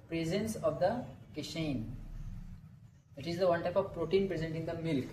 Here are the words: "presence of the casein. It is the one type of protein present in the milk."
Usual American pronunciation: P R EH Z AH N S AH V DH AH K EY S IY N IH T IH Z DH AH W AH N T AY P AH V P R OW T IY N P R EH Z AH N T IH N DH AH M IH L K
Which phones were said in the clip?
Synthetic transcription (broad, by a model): P R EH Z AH N S AH V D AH K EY SH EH N IH T IH Z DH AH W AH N T AY P AH V P R OW T IY N P R EH Z AH N T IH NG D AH M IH L K